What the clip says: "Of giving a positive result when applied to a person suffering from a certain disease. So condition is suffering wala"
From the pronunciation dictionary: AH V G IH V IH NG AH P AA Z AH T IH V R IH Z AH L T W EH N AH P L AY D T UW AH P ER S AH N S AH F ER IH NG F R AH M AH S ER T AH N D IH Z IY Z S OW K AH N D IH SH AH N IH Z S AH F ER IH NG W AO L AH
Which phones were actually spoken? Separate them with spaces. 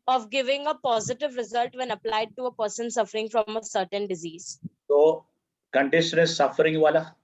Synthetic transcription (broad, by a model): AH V G IH V IH NG AH P AA Z AH T IH V R IH Z AH L T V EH N AH P L AY D T UW AH P ER S AH N S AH F ER IH NG F R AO M AH S ER T AH N D IH Z IY Z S OW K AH N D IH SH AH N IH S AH F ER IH NG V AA L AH